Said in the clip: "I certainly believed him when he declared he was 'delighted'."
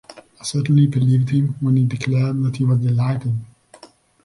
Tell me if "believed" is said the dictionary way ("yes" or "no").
yes